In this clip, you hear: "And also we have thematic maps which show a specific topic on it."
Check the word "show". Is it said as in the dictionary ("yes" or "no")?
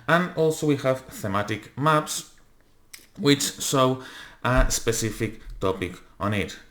no